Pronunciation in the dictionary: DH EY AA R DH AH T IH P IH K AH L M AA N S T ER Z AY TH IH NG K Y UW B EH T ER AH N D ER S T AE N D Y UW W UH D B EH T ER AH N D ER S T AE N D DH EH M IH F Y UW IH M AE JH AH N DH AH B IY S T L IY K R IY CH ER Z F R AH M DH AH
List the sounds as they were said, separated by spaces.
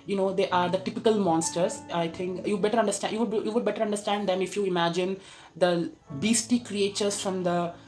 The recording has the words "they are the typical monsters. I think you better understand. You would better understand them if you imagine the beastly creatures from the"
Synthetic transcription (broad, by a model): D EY AA R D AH T IH P IH K AH L M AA N S T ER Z AY T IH NG K Y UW B EH T ER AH N D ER S T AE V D Y UW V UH D B EH T ER AH N D ER S T AE N D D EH M IH F Y UW IH M AE JH AH N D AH B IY S T IY K R IY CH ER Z F R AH M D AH